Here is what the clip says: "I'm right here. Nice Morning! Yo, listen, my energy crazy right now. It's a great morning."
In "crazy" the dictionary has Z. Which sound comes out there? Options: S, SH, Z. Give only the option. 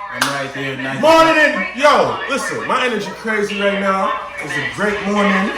Z